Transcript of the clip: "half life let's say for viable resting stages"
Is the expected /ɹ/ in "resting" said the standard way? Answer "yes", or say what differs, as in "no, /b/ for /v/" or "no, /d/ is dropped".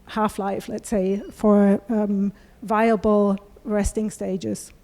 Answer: yes